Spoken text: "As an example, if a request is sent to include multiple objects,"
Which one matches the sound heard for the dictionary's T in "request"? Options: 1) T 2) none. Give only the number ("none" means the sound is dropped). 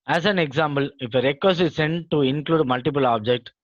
2